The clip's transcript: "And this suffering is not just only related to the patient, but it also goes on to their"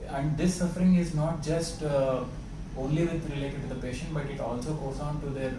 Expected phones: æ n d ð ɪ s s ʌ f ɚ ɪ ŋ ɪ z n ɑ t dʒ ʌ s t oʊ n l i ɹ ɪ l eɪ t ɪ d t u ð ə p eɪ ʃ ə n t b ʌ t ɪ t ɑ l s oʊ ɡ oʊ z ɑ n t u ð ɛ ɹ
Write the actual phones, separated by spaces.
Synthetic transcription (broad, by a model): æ n d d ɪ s s ʌ f ɚ ɪ ŋ ɪ z n ɑ t dʒ ʌ s t oʊ n l i ɹ ɪ l eɪ t ɪ d t u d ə p eɪ ʃ ə n t b ʌ t ɪ t ɑ l s oʊ ɡ oʊ z ɑ n t u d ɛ ɹ